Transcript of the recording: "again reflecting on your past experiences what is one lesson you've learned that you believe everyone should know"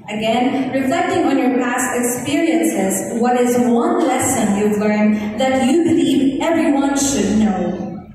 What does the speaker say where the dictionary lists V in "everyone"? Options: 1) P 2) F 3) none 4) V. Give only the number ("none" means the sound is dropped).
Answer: 4